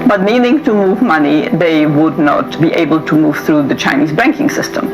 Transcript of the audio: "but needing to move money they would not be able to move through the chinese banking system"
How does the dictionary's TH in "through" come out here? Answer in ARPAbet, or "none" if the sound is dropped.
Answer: TH